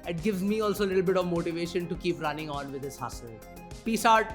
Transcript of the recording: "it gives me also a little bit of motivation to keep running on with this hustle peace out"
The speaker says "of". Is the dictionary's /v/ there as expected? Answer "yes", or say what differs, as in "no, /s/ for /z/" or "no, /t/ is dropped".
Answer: yes